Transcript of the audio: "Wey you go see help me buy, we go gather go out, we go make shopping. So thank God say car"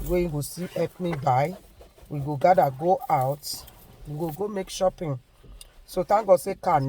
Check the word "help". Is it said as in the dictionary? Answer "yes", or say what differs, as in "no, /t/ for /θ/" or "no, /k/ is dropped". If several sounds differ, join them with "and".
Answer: no, /l/ is dropped